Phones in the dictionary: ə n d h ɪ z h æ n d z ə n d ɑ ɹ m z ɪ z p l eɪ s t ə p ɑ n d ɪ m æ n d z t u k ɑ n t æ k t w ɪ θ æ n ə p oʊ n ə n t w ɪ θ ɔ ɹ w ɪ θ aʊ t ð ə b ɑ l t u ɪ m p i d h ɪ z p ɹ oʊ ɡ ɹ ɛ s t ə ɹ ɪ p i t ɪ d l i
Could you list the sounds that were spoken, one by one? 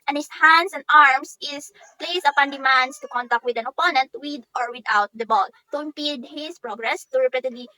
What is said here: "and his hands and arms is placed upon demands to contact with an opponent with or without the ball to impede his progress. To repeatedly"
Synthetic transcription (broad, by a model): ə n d h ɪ s h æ n d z ə n d ɑ ɹ m s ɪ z p l eɪ s ə p ɑ n d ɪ m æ n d s t u k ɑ n t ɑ k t w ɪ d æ n ə p oʊ n ə n t w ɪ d ɔ ɹ w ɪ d aʊ t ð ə b ɑ l t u ɪ m p i d h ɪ s p ɹ oʊ ɡ ɹ ɛ s t ə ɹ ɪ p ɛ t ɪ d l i